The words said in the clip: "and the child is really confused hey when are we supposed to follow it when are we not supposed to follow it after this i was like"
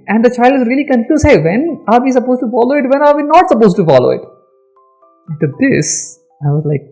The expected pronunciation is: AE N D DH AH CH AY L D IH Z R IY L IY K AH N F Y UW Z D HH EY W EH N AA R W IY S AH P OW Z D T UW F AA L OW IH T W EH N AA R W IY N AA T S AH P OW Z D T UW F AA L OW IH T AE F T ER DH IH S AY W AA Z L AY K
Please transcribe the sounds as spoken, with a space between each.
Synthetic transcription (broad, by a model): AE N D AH CH AY L D IH Z R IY L IY K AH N F Y UW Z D HH EY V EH N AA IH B IY S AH P OW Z T UW F AA L OW IH T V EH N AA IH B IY N AA T S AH P OW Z T UW F AA L OW IH T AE T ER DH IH S AY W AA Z L AY K